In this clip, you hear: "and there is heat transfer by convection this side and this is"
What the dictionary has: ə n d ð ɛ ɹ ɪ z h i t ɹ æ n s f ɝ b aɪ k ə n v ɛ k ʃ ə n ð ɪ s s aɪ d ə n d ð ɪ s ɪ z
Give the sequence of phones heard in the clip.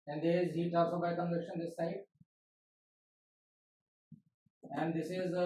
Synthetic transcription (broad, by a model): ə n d ɪ z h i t æ l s ɔ b aɪ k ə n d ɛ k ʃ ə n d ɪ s s aɪ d ə n d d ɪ s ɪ z